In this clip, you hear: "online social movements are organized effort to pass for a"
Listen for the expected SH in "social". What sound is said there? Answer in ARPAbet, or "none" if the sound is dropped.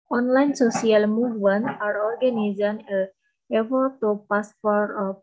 S